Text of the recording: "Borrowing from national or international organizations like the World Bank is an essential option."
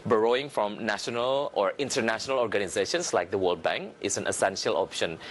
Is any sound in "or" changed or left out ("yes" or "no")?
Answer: no